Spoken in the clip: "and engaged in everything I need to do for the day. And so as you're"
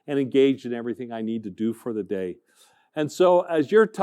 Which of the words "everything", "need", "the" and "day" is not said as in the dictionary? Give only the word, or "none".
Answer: none